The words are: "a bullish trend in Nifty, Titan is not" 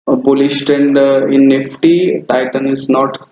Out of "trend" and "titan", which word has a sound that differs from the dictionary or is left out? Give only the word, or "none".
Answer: trend